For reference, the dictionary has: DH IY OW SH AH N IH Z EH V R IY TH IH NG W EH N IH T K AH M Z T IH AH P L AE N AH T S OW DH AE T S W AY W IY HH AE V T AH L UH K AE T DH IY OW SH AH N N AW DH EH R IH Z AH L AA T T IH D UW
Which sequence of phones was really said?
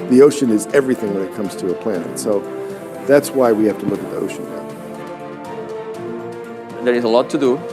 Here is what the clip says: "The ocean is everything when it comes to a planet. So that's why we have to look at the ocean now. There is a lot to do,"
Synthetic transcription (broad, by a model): DH IY OW SH AH N IH Z EH V R IY TH IH NG W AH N IH T K AH M Z T IH AH P L AE N AH T S OW DH AE T S W AY W IY HH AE F T AH L UH K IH T DH IY OW SH AH N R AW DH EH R IH Z AH L AA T T IH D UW